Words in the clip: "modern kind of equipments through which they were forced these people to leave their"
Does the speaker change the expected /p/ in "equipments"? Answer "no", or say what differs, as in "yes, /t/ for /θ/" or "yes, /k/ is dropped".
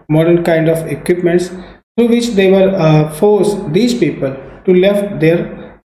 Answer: no